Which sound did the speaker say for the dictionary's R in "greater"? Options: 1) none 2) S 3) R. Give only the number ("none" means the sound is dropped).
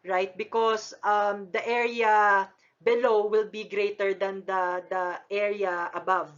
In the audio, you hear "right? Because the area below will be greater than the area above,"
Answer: 3